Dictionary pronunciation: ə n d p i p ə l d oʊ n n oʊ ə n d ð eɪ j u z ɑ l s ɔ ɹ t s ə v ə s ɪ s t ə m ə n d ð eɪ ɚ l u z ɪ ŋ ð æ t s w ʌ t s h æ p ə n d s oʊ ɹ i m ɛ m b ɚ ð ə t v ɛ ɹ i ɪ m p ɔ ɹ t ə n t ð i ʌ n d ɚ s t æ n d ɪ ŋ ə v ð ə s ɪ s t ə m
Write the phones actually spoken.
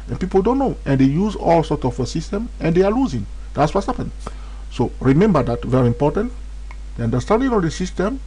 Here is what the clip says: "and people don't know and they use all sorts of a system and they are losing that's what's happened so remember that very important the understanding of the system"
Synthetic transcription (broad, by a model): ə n p i p ə l d oʊ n n oʊ ə n d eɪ j u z ɑ l s ɔ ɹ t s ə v ə s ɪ s t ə m ə n d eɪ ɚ l u z ɪ ŋ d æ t s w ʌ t h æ p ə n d s oʊ ɹ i m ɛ m b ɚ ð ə t v ɛ ɹ i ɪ m p ɔ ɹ t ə n t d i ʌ n d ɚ s t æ n d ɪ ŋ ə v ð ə s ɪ s t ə m